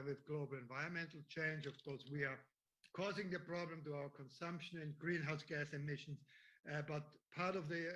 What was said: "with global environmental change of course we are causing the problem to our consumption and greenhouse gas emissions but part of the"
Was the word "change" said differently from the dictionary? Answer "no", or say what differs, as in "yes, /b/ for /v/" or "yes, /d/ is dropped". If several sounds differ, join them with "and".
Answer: no